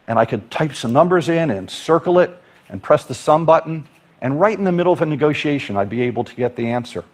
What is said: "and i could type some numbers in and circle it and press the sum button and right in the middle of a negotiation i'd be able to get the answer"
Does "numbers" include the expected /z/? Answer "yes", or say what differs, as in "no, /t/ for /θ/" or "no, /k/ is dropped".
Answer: yes